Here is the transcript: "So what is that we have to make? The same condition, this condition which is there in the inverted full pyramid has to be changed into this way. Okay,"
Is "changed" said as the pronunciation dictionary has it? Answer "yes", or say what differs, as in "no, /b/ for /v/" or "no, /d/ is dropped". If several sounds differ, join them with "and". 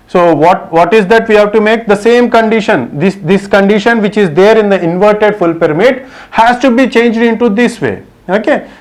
yes